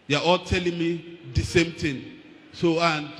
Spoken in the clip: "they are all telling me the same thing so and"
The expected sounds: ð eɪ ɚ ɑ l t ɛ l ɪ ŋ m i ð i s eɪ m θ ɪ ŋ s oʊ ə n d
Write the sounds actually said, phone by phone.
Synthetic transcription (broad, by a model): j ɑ ɑ l t ɛ l ɪ ŋ m i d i s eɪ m t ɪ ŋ s oʊ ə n